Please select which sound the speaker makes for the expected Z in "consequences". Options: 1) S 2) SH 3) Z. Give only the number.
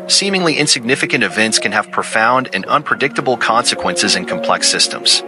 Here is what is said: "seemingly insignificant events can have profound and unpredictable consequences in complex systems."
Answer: 3